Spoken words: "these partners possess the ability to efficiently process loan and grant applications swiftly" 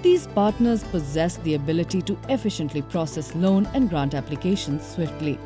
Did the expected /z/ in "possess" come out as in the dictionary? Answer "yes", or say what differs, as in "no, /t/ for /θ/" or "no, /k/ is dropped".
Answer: yes